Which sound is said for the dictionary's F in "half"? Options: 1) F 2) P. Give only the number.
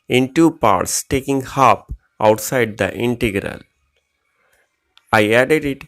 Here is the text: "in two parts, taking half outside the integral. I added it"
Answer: 2